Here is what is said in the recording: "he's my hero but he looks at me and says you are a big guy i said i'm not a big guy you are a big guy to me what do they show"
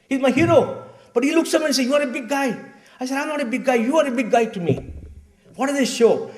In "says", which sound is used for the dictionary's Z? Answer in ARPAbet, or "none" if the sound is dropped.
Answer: none